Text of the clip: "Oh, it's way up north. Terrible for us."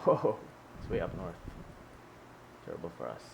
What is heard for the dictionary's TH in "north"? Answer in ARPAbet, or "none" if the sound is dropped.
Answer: TH